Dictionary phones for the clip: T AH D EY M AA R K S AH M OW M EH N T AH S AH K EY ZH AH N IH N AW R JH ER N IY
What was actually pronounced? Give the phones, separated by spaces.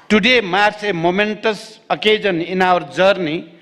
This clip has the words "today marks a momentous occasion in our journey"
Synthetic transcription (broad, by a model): T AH D EY M AA R S AH M OW M EH N T AH S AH K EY Z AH N IH N AW R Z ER N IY